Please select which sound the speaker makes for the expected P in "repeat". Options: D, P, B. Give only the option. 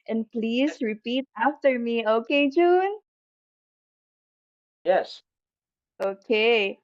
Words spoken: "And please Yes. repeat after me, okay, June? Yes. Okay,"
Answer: P